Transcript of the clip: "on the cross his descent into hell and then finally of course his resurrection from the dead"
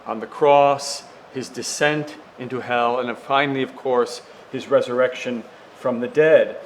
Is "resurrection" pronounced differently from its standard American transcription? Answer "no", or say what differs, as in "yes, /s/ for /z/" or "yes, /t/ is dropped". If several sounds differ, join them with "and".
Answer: no